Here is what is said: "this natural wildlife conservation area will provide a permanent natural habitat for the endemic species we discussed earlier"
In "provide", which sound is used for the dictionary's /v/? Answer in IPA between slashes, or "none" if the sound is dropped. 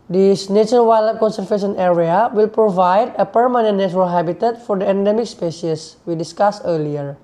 /v/